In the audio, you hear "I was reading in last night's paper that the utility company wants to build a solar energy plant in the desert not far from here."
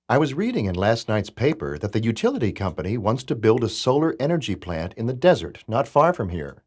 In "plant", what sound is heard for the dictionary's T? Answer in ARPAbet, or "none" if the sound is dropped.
T